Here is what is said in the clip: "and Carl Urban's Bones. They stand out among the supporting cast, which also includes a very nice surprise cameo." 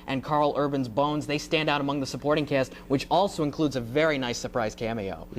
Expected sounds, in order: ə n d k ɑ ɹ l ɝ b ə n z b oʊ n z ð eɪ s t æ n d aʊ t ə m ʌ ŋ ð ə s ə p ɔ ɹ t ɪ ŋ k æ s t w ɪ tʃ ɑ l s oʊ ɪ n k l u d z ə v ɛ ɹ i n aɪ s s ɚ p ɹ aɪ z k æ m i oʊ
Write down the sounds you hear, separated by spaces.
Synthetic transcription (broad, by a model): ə n k ɑ ɹ l ɝ b ə n z b oʊ n z ð eɪ s t æ n d aʊ t ə m ʌ ŋ ð ə s ə p ɔ ɹ t ɪ ŋ k æ s t w ɪ tʃ ɑ l s oʊ ɪ n k l u d z ə v ɛ ɹ i n aɪ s s ɚ p ɹ aɪ z k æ m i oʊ